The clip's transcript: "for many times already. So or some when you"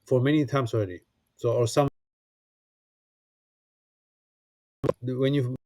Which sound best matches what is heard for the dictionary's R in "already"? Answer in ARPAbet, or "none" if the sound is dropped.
R